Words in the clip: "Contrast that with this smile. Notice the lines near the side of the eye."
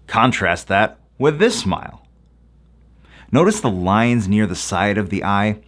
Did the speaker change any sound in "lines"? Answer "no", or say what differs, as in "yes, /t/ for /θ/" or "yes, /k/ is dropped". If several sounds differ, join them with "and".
no